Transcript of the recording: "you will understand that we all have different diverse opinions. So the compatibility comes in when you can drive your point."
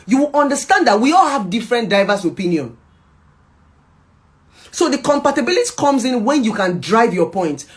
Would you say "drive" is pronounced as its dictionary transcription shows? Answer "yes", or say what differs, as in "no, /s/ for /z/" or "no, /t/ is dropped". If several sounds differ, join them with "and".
yes